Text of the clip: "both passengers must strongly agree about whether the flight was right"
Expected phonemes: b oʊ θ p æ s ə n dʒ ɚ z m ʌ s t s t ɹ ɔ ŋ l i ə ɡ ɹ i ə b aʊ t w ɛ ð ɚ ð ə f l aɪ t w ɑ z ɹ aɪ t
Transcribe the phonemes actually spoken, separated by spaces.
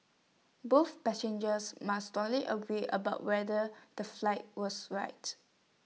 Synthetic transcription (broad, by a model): b oʊ θ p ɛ s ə n dʒ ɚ s m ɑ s s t ɔ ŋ l i ə ɡ ɹ i ə b aʊ t w ɛ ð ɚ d ə f l aɪ t w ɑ s ɹ aɪ t